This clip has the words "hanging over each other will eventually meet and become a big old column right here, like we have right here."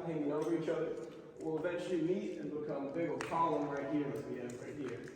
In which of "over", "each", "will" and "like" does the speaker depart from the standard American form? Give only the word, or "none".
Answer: like